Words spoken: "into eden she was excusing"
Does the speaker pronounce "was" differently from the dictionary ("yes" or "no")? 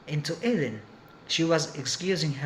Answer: no